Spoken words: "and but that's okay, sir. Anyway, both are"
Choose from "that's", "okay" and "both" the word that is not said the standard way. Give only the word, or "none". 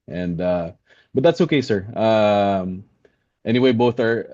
none